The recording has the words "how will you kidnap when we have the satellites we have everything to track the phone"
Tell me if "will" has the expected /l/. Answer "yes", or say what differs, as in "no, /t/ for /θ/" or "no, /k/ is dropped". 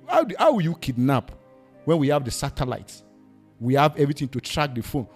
no, /w/ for /l/